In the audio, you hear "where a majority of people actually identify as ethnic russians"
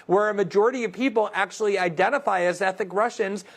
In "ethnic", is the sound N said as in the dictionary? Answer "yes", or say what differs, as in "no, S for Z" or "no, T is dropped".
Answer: no, N is dropped